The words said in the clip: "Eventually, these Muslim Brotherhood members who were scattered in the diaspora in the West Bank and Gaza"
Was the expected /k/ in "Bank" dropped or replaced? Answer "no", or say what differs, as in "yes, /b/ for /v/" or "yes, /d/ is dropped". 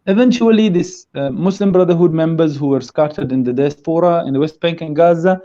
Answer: no